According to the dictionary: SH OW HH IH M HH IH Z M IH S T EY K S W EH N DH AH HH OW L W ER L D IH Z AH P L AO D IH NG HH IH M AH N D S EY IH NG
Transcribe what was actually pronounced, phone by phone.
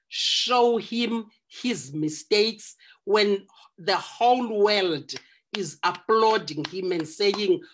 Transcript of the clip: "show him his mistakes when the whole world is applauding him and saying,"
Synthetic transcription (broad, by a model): SH OW HH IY M HH IH Z M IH S T EY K S W EH N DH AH HH OW L W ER L D IH Z AH P L AO D IH NG HH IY M AH N D S EY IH NG